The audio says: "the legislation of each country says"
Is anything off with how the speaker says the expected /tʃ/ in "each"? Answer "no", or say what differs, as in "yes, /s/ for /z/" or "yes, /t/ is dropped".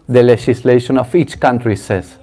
no